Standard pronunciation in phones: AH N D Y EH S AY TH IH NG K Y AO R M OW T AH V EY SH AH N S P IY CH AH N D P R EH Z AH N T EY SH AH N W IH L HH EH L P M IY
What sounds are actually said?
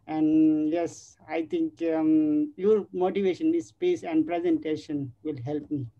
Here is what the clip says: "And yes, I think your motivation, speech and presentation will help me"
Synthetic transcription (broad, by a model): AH N D Y EH S AY T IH NG K Y AO R M OW T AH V EY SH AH N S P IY S AH N D P R EH Z AH N T EY SH AH N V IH L HH EH L P M IY